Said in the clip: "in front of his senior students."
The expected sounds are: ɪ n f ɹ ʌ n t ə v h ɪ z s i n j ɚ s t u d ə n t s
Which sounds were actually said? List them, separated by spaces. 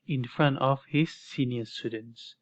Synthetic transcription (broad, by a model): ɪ n f ɹ ʌ n t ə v h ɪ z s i n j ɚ s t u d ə n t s